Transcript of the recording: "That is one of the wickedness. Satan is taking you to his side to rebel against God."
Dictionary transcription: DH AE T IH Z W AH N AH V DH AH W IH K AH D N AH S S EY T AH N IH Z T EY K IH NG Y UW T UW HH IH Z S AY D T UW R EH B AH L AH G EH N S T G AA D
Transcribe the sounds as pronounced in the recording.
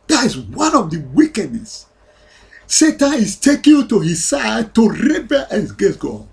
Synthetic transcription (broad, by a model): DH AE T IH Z W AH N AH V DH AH W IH K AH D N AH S S EY T AH N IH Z T EY K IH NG T UW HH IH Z S AY D T UW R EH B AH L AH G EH S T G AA